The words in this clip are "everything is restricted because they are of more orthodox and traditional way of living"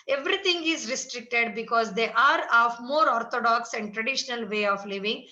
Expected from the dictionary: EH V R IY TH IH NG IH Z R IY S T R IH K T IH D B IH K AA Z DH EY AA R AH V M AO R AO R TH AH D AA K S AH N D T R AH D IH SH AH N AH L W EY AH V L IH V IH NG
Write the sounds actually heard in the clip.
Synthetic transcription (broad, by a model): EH V R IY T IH NG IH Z R IY S T R IH K T IH D B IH K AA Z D EY AA R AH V M AO R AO R T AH D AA K S AH N D T R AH D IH SH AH N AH L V EY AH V L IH V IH NG